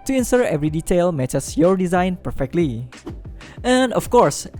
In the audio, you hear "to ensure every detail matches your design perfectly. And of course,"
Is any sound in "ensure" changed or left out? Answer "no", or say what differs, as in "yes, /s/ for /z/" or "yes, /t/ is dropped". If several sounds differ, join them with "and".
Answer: yes, /s/ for /ʃ/